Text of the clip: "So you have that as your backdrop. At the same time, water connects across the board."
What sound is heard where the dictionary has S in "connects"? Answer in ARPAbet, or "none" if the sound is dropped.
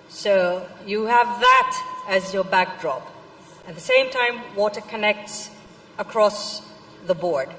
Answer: S